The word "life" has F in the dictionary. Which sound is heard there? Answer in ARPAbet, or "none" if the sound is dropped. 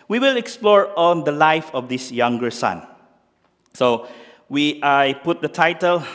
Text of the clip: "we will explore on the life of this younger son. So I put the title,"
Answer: F